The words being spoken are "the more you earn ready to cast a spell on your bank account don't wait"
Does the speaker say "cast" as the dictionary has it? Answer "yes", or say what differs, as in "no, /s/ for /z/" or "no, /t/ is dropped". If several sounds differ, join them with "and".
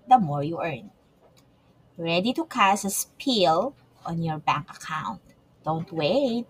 no, /t/ is dropped